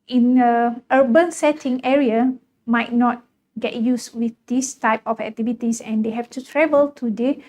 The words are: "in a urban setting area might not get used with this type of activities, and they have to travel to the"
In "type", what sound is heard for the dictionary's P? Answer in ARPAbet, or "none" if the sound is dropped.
P